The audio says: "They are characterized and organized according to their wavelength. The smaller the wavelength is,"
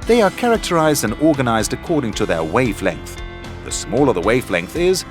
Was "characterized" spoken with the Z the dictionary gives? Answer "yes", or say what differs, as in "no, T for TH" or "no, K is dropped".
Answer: yes